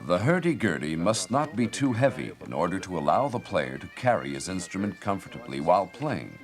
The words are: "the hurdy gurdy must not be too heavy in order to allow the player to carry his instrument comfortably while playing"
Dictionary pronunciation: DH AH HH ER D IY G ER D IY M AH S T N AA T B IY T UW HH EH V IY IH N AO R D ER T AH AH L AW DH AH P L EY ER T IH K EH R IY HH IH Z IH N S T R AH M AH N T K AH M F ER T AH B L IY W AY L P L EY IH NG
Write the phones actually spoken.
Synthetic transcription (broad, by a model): DH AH HH ER D IY G ER D IY M AH S T N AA T B IY T UW HH EH V IY IH N AO R D ER T AH AH L AW DH AH P L EY ER T IH K EH R IY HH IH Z IH N S T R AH M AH N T K AH M F ER T AH B L IY W AY L P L EY IH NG